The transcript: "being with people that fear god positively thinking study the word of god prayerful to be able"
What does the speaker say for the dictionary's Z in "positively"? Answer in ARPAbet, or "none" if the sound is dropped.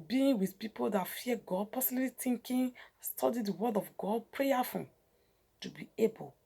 S